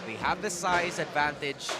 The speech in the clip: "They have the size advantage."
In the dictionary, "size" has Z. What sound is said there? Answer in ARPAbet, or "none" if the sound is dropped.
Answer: Z